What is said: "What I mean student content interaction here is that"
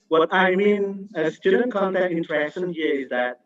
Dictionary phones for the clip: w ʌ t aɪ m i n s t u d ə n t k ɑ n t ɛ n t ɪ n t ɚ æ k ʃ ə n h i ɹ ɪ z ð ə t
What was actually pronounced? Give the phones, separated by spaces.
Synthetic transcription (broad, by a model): w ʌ t aɪ m i n s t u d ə n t k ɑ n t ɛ t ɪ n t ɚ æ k s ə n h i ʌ ɪ z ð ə t